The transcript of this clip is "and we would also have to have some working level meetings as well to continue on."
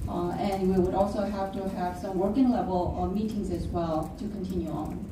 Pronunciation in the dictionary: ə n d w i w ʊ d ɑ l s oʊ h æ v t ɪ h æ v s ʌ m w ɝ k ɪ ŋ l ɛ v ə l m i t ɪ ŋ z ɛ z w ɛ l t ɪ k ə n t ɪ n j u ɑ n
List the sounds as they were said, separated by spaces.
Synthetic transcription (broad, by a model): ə n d w i w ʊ d ɑ l s oʊ h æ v t ɪ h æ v s ʌ m w ɝ k ɪ ŋ l ɛ v ə l m i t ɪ ŋ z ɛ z w ɛ l t ɪ k ə n t ɪ n j u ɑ n